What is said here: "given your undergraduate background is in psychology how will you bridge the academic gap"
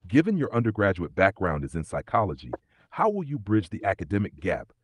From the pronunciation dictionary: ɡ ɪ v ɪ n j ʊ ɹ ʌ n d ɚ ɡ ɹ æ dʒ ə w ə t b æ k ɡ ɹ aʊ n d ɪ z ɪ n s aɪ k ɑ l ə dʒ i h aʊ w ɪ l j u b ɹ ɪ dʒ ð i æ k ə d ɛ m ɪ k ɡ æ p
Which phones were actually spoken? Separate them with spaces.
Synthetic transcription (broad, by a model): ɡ ɪ v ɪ n j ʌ ɹ ʌ n d ɚ ɡ ɹ æ dʒ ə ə t b æ k ɡ ɹ aʊ n d ɪ z ɪ n s aɪ k ɑ l ə dʒ i h aʊ w ɪ l j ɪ b ɹ ɪ dʒ ð i æ k ə d ɛ m ɪ k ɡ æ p